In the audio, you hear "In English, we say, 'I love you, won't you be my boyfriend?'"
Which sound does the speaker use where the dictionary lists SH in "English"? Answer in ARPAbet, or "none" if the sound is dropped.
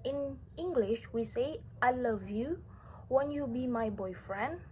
SH